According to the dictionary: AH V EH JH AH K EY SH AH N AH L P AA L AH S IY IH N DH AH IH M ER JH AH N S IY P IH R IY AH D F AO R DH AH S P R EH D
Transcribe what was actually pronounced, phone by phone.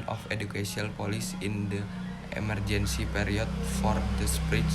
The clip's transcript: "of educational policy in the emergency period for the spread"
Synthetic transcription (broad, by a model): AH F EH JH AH K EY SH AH AH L P AA L AH S IY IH N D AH IH M ER JH AH N S IY P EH R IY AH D F AO R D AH S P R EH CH